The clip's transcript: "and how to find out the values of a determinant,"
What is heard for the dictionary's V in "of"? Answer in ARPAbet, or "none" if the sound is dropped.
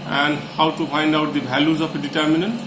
P